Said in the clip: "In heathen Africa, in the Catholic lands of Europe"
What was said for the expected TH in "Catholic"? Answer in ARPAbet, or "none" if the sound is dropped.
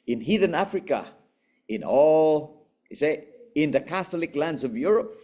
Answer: TH